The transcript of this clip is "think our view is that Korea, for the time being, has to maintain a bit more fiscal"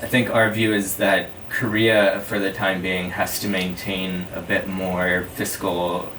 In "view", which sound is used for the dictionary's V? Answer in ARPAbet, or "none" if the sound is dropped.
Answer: V